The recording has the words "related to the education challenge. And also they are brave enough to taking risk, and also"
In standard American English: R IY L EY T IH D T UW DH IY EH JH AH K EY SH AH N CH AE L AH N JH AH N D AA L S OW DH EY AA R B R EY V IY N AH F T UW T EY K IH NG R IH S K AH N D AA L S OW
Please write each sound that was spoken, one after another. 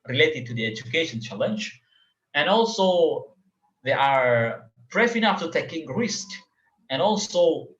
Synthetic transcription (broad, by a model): R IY L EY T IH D T UW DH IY EH JH AH K EY SH AH N CH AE L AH N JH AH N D AA L S OW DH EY AA R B R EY F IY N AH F T UW T EY K IH NG R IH S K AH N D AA L S OW